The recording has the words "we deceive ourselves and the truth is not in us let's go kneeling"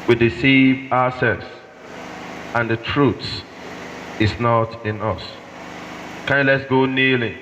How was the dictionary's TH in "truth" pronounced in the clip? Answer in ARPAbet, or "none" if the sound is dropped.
S